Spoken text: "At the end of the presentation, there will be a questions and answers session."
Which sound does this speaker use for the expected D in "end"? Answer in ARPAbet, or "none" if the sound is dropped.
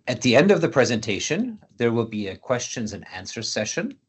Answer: D